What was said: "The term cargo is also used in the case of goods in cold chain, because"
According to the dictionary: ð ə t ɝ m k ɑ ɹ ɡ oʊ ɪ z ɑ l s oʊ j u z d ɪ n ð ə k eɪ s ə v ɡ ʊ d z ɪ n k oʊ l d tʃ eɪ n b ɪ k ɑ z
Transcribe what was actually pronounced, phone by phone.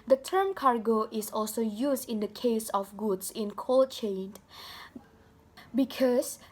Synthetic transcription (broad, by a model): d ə t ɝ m k ɑ ɹ ɡ oʊ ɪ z ɑ l s oʊ j u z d ɪ n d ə k eɪ s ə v ɡ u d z ɪ n k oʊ l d tʃ eɪ n b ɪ k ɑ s